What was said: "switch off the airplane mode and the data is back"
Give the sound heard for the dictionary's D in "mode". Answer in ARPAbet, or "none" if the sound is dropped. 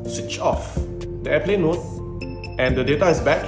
none